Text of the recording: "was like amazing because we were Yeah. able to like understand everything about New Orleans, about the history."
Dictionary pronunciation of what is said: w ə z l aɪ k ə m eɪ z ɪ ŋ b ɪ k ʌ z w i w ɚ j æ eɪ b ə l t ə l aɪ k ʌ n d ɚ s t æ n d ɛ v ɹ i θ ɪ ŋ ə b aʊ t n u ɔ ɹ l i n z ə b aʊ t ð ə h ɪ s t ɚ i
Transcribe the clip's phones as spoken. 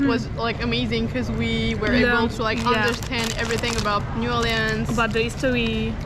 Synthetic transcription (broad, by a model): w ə z l aɪ k ə m eɪ z ɪ ŋ k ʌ z w i w ɚ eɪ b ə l t ə l aɪ k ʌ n d ɚ s t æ n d ɛ v ɹ i θ ɪ ŋ ə b aʊ t n u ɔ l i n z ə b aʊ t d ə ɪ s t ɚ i